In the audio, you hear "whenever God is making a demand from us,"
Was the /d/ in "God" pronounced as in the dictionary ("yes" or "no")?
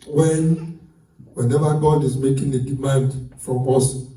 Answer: yes